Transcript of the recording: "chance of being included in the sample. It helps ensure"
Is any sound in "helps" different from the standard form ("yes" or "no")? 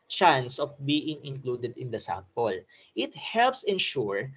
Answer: no